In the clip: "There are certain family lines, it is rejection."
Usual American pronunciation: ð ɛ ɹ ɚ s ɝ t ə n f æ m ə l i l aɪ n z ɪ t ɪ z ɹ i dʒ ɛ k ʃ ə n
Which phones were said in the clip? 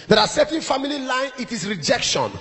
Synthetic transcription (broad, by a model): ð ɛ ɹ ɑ s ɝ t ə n f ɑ m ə l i l aɪ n ɪ t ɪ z ɹ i dʒ ɛ k ʃ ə n